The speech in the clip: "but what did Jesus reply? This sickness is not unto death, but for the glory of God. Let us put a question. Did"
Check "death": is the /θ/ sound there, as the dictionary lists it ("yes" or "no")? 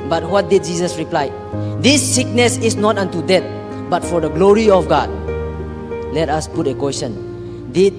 no